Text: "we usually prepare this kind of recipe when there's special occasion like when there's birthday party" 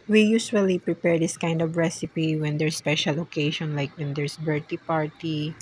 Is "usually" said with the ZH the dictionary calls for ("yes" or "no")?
no